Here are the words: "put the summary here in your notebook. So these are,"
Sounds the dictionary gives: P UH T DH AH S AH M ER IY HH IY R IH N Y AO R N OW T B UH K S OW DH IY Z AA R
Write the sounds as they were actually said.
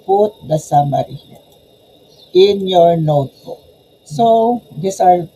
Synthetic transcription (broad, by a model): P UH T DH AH S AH M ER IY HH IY IH N Y AO R N OW T B UH K S OW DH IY S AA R